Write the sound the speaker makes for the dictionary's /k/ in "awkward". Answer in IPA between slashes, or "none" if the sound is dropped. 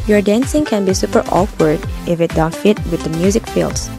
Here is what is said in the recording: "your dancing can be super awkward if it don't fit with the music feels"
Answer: /k/